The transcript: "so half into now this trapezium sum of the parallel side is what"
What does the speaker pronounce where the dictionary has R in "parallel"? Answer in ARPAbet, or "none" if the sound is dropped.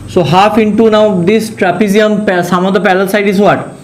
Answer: L